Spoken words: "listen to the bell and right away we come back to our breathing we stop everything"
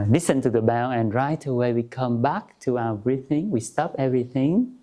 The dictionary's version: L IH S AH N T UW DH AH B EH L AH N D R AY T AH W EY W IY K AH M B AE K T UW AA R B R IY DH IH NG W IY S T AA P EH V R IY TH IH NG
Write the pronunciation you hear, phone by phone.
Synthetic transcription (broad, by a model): L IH S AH N T UW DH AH B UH N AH N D R AY T AH W EY W IY K AH M B AE K T UW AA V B R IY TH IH NG W IY S T AA P EH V R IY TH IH NG